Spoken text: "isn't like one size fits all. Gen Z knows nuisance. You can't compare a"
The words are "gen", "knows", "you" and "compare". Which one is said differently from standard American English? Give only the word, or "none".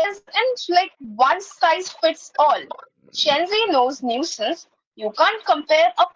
gen